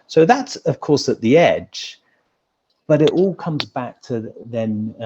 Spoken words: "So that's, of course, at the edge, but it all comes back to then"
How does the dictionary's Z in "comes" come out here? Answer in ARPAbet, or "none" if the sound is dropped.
Z